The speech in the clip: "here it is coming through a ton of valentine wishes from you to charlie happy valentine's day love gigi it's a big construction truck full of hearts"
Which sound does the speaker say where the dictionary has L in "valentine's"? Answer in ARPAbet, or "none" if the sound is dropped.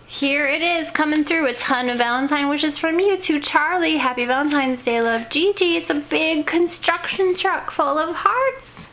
L